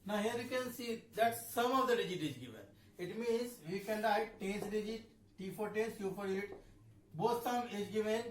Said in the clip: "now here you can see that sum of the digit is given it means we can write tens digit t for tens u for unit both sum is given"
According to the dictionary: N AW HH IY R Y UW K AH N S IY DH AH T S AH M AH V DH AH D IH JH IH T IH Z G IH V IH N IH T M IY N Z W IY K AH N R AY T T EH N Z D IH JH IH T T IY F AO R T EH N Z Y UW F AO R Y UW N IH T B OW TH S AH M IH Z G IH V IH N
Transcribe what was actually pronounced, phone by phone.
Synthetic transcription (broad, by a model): N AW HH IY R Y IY K AH N S IY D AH T S AH M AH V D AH D IH JH IH T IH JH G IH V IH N IH T M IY N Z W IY K AH N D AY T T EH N S D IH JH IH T T IY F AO R T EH N S Y UW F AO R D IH L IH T B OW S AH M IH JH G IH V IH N